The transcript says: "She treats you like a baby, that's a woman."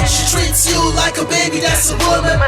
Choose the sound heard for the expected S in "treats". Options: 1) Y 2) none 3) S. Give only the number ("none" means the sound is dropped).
3